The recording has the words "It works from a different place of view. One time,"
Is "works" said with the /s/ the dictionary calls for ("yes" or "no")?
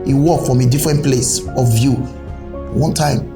no